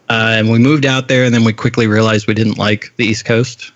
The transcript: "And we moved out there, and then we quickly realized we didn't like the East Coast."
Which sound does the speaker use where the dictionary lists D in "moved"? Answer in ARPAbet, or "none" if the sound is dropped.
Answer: D